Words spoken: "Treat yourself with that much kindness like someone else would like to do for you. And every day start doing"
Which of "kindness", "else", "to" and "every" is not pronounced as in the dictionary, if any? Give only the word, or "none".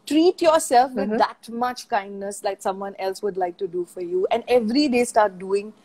none